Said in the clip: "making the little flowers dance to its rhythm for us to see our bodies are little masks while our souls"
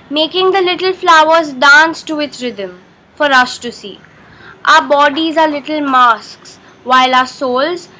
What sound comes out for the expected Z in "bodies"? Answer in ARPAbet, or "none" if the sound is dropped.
Z